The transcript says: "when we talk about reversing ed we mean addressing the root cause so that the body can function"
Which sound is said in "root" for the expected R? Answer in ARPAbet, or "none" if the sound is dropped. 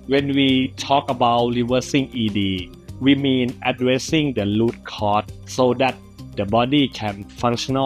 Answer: L